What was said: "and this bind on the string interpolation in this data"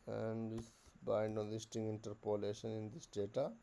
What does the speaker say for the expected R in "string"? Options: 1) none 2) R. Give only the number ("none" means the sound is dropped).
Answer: 1